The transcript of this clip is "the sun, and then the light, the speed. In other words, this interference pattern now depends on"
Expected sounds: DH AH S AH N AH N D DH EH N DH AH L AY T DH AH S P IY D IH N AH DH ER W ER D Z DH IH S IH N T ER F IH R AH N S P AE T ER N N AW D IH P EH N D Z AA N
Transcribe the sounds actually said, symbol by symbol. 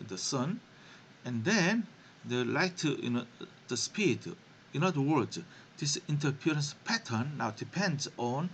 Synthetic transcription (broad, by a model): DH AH S AH N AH N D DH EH N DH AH L AY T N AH S P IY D IH N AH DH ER W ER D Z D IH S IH N T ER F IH R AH N S P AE T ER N N AW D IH P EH N D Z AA N